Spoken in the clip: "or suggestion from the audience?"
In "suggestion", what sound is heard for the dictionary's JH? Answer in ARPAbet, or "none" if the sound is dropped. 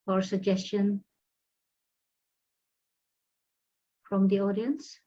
JH